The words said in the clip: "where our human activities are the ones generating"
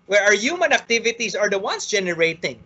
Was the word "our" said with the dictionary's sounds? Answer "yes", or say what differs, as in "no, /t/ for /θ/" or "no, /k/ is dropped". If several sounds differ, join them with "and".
yes